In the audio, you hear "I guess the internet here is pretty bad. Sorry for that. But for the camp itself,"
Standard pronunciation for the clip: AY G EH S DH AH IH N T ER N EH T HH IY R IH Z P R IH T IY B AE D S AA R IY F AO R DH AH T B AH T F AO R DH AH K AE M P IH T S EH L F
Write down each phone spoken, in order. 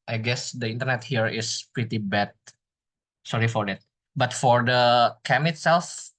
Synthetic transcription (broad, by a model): AY G EH S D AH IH N T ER N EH T HH IY R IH S P R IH T IY B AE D S AA R IY F AO R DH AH T B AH T F AO R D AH K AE M IH T S EH L F